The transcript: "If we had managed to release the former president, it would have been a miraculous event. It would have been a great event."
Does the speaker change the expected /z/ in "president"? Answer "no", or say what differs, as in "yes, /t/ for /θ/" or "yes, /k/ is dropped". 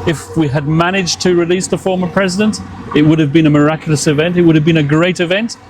no